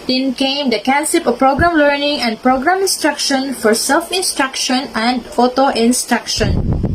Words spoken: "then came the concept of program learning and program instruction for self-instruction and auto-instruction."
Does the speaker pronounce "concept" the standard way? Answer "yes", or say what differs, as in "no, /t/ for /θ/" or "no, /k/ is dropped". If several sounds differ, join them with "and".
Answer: no, /t/ is dropped